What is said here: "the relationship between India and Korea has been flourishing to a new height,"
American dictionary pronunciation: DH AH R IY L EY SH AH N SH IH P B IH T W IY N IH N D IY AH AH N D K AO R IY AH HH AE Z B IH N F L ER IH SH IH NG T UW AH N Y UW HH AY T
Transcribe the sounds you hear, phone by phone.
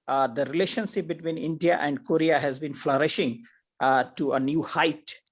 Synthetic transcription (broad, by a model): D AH R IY L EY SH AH N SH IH P B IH T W IY N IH N D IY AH AH N D K AO R IY AH HH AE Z B IH N F L ER IH SH IH NG T UW AH N Y UW HH AY T